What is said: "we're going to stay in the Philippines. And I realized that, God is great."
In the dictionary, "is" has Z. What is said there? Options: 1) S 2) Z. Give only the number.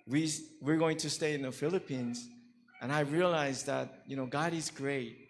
2